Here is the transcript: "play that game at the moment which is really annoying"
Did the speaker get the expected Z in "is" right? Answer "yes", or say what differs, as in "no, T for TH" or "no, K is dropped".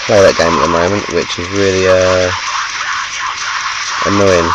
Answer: yes